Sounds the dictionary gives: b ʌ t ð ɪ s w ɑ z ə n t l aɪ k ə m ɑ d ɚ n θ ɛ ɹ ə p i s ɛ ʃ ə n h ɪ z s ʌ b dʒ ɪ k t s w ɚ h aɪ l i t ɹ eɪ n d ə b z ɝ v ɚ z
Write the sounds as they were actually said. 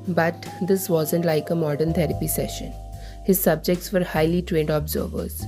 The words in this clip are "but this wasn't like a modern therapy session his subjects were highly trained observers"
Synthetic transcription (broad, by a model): b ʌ t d ɪ s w ɑ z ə n t l aɪ k ə m ɑ d ɚ n t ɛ ɹ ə p i s ɛ ʃ ə n h ɪ z s ʌ b dʒ ɪ k t s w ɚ h aɪ l i t ɹ eɪ n d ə b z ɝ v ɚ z